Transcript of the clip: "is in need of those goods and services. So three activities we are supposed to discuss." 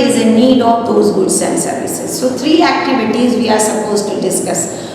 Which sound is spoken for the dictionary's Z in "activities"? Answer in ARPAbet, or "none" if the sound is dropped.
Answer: Z